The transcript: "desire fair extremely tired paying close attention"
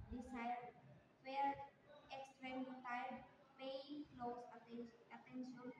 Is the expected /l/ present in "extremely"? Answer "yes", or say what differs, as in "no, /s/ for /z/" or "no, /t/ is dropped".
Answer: no, /l/ is dropped